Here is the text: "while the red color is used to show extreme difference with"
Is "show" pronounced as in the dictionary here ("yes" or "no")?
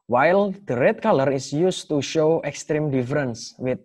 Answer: yes